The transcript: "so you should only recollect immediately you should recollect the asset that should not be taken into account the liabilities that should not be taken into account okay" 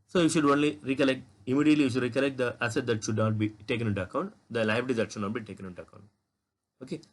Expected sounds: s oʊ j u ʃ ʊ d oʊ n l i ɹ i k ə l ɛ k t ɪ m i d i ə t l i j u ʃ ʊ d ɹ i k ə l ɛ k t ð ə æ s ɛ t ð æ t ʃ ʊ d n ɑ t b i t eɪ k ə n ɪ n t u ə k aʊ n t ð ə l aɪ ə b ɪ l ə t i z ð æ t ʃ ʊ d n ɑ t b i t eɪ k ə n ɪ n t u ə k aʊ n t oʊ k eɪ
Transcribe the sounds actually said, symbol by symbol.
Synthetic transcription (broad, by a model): s oʊ j u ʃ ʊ d oʊ n l i ɹ i k ə l ɛ k t ɪ m i d i ə t l i j u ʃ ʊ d ɹ i k ə l ɛ k t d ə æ s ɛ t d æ t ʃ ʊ d n ɑ t b i t eɪ k ə n ɪ n t u ə k aʊ n t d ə l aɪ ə ɪ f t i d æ t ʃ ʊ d n ɑ t b i t eɪ k ə n ɪ n t u ə k aʊ n t oʊ k eɪ